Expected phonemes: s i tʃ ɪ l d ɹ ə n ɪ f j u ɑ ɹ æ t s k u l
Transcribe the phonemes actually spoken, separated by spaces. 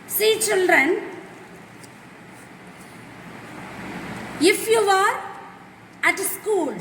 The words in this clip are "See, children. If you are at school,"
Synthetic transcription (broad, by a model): s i tʃ ɪ l d ɹ ə n ɪ f j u ɑ ɹ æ t s k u l